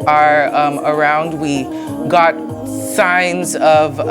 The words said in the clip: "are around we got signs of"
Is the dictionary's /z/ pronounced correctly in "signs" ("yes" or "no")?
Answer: yes